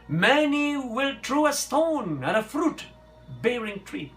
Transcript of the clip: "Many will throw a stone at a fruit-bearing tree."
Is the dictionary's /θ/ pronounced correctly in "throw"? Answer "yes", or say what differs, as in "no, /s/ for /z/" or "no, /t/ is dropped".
no, /t/ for /θ/